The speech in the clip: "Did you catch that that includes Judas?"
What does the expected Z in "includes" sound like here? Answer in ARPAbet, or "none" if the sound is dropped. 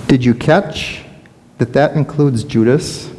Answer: Z